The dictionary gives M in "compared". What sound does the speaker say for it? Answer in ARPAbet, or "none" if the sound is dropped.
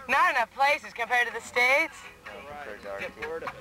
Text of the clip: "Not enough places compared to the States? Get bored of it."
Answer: M